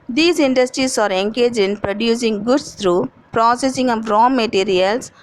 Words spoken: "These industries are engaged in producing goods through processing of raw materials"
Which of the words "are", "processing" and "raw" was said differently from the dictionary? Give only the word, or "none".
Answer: none